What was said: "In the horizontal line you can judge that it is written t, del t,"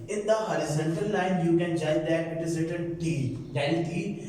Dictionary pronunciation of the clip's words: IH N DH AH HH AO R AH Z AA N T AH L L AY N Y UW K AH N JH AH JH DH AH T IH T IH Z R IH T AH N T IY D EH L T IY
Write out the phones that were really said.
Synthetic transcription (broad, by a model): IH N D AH HH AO R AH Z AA N T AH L L AY N Y UW K AH N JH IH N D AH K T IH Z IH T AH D T IY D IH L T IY